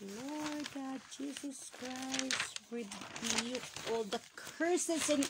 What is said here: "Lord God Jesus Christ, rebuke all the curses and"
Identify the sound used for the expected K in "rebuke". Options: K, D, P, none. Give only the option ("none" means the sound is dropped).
none